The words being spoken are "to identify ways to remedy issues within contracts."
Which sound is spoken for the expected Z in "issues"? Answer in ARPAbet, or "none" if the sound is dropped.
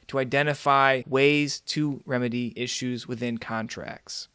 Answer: Z